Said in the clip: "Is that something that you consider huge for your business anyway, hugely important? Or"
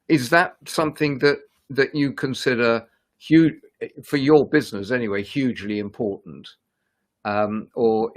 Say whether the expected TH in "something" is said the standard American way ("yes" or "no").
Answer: yes